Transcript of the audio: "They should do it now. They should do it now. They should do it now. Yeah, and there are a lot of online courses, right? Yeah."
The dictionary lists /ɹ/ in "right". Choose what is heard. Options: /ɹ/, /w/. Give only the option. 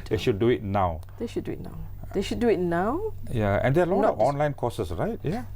/ɹ/